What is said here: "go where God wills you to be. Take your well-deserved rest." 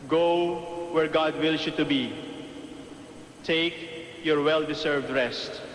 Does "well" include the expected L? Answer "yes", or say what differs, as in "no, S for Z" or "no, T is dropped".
yes